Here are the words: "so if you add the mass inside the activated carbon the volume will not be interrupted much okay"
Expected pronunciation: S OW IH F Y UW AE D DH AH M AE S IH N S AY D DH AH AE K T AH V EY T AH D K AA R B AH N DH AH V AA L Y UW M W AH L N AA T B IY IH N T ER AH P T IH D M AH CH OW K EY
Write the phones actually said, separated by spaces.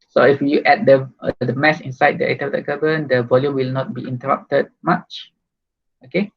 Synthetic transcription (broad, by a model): S OW IH F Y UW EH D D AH M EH S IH N S AY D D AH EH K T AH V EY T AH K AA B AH N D AH V AA L Y UW M W AH L N AA T B IY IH N T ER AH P T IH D M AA CH OW K EY